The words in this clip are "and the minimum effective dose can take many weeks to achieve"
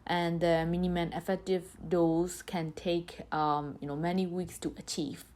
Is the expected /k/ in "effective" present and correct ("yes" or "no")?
yes